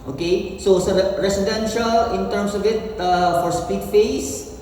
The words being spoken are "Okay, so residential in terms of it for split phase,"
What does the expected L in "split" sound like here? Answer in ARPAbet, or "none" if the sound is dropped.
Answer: none